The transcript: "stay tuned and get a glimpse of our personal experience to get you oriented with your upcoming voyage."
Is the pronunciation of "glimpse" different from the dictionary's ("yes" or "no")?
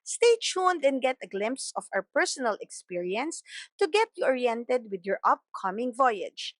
no